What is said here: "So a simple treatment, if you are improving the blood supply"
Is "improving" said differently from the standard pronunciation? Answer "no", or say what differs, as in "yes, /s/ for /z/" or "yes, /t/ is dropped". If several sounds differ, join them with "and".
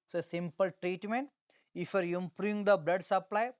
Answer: yes, /v/ is dropped